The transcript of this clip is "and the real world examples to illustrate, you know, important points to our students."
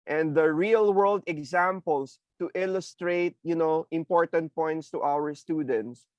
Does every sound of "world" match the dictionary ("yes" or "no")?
yes